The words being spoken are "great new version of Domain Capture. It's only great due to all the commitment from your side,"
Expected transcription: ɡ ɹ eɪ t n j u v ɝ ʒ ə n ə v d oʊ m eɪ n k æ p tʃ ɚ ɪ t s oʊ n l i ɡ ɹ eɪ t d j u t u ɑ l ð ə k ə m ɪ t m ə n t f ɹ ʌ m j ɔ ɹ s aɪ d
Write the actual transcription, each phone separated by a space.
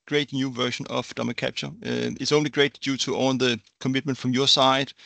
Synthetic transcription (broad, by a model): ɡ ɹ eɪ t n j u v ɝ ʃ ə n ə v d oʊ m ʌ k æ p tʃ ɚ ɪ t s oʊ n l i ɡ ɹ eɪ t d j u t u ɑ n ð ə k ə m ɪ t m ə n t f ɹ ʌ m j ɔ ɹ s aɪ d